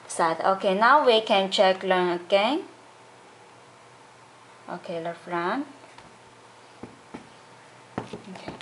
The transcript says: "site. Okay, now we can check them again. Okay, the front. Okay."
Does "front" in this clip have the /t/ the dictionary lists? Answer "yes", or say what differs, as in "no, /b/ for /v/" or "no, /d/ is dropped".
no, /t/ is dropped